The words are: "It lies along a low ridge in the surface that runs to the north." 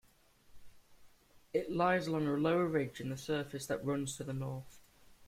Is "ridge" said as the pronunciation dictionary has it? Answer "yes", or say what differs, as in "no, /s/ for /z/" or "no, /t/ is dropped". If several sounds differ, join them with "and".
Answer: yes